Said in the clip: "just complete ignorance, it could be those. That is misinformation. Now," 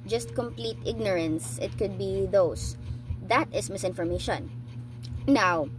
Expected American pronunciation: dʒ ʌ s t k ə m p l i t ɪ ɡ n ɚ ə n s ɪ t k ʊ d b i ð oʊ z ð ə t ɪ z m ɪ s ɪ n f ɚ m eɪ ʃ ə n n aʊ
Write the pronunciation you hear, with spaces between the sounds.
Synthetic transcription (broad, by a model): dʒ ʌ s t k ə m p l i t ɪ ɡ n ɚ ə n s ɪ t k ʊ d b i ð oʊ s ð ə t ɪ s m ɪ s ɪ n f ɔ m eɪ ʃ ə n n aʊ